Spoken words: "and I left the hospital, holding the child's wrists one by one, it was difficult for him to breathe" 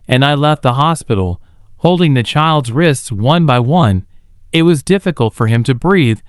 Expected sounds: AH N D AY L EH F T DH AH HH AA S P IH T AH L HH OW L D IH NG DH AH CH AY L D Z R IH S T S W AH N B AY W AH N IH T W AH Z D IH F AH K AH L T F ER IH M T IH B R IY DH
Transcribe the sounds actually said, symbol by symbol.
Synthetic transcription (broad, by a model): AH N AY L EH F T DH AH HH AA S P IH T L HH OW L D IH NG DH AH CH AY L D Z R IH S T S W AH N B AY W AH N IH T W AH Z D IH F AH K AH L T F ER IH M T IH B R IY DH